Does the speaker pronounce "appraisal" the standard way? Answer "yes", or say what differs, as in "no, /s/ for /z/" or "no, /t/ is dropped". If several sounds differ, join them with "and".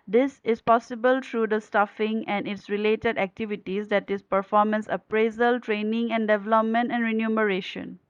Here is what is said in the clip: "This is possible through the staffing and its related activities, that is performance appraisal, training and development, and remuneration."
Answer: yes